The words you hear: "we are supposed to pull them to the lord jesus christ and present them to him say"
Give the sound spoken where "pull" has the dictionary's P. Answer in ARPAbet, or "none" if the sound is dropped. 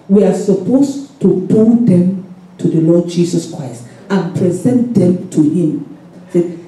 B